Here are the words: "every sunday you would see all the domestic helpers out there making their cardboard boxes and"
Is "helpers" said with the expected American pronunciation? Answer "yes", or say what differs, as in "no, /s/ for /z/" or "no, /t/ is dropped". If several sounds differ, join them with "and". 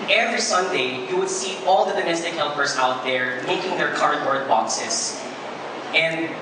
yes